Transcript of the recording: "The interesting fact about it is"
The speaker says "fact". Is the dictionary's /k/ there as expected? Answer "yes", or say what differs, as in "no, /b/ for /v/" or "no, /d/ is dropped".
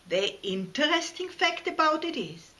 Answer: yes